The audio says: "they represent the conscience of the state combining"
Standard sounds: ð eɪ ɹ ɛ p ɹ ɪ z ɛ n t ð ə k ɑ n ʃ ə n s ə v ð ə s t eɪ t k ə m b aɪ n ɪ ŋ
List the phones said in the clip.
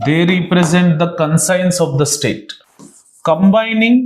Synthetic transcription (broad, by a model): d eɪ ɹ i p ɹ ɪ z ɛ n t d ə k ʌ n s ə n s ə v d ə s t eɪ t k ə m b aɪ n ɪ ŋ